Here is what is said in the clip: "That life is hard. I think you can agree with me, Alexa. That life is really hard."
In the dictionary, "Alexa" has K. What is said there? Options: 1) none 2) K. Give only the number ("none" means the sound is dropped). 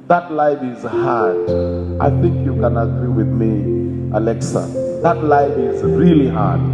2